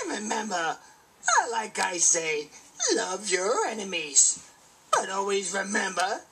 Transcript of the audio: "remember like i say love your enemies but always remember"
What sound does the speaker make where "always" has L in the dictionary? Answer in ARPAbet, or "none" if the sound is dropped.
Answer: L